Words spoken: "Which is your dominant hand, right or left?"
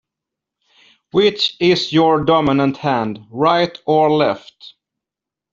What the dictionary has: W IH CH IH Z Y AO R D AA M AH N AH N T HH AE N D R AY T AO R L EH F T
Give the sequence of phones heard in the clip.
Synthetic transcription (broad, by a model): W IH CH IH S Y AO R D AA M AH N AH N T HH AE N D R AY T AO R L EH F T